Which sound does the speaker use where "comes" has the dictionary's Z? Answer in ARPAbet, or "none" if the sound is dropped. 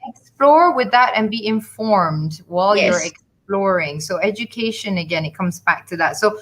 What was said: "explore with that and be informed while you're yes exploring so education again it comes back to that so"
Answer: Z